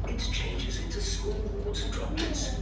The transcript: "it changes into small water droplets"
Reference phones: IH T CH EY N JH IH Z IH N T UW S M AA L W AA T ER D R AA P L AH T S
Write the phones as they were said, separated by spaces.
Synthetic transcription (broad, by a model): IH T CH EY N JH IH Z IH N T UW S M AA L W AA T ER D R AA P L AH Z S